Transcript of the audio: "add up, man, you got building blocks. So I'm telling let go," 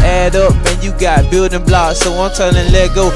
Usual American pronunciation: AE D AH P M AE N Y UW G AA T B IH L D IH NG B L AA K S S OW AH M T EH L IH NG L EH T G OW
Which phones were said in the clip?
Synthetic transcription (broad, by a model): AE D AH P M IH N Y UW G AA T B IH L D IH NG B L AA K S S OW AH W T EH N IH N L EH T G OW